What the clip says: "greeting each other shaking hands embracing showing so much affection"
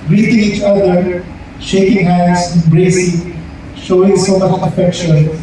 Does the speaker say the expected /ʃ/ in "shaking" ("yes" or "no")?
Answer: yes